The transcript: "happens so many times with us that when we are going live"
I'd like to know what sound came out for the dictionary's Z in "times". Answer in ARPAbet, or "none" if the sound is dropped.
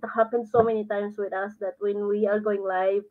S